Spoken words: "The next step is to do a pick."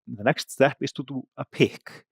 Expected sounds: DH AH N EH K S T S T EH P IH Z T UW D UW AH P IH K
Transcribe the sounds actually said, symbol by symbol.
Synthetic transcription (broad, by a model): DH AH N EH K S T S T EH P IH S T UW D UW AH P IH K